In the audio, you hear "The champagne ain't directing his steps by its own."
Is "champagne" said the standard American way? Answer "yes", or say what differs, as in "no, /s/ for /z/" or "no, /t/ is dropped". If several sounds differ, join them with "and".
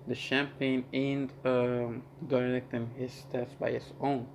yes